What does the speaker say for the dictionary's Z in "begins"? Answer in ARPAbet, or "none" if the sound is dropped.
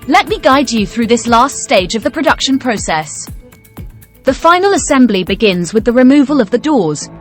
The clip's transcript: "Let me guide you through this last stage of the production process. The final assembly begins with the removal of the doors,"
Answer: Z